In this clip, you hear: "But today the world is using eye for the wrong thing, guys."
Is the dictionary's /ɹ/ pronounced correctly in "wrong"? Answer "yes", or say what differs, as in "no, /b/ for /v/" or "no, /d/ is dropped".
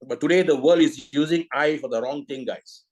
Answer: yes